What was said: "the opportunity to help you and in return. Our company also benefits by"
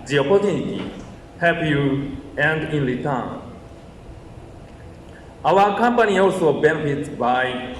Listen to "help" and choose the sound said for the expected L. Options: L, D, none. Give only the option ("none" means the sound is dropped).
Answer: none